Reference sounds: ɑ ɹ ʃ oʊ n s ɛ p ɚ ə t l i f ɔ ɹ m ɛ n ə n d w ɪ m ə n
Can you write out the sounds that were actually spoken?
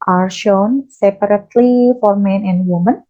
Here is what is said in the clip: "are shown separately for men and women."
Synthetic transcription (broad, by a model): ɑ ɹ ʃ oʊ n s ɛ p ɚ ə t l i f ɔ ɹ m ɛ n ə n d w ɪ m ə n